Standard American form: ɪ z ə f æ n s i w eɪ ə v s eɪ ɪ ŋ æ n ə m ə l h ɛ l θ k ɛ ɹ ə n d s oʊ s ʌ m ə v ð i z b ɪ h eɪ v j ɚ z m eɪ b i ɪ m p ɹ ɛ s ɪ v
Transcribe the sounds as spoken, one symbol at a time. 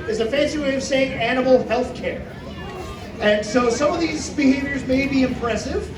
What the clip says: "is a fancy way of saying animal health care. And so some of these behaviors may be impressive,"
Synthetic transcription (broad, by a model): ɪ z ə f æ n s i w eɪ ə v s eɪ ɪ ŋ æ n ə m l h ɛ l θ k ɛ ɹ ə n s oʊ s ʌ m ə v ð i z b ɪ h eɪ v j ɚ z m eɪ b i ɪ m p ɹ ɛ s ɪ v